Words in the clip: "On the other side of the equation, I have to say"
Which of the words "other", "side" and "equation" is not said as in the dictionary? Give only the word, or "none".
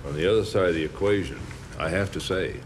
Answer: none